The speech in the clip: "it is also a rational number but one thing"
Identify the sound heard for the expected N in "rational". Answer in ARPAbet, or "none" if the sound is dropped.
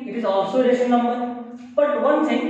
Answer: none